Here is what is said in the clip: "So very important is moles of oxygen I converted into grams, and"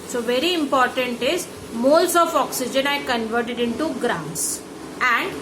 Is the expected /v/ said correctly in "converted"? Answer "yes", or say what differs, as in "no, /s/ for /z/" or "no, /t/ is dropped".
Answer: yes